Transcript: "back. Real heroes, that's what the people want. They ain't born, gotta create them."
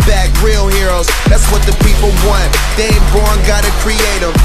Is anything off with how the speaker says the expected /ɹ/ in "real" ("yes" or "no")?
no